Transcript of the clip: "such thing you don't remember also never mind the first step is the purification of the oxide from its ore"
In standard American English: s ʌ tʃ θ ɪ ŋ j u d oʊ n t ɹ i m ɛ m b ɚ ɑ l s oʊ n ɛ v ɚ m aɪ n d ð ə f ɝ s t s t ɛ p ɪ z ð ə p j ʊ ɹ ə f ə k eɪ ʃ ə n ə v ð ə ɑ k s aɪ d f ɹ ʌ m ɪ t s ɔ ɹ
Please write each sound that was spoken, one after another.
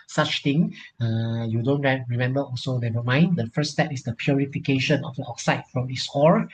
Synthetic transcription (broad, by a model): s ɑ tʃ t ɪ ŋ j u d oʊ n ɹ ɹ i m ɛ m b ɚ ɑ l s oʊ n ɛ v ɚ m aɪ n d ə f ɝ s s t ɛ p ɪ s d ə p j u ɹ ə f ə k eɪ ʃ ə n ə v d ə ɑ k s aɪ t f ɹ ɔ m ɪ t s ɔ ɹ